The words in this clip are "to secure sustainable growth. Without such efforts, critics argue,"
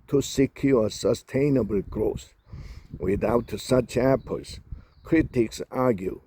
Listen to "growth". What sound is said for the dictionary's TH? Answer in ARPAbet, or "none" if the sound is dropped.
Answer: S